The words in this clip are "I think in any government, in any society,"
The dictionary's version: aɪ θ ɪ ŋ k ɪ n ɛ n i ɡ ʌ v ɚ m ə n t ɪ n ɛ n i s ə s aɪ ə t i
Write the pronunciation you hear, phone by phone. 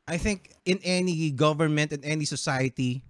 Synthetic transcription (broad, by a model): aɪ θ ɪ ŋ k ɪ n ɛ n i ɡ ʌ v ɚ m ə n t ɪ n ɛ n i s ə s aɪ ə t i